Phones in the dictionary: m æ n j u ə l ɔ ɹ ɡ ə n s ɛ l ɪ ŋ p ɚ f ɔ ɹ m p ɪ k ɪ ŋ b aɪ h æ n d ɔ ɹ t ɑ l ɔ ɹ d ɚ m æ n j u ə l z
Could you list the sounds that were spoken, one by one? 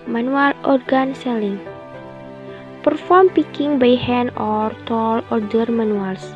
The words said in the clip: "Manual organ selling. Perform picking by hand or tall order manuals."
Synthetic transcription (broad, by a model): m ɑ n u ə l ɔ ɹ ɡ ə n s ɛ l ɪ ŋ p ɚ f ɔ ɹ m p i k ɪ ŋ b aɪ h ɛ n ɔ ɹ t ɑ l ɔ ɹ d ɚ m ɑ n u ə l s